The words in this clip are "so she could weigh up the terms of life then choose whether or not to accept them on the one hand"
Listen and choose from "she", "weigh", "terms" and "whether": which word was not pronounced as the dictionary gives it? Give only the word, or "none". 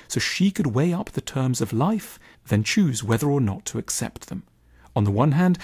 none